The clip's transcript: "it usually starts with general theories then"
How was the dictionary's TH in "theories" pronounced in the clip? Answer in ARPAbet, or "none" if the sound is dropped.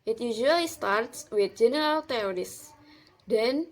T